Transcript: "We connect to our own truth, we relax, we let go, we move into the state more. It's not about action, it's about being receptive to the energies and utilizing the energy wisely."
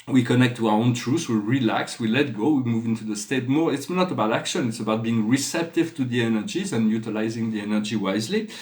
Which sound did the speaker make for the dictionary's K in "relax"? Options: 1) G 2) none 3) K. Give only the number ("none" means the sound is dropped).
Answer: 3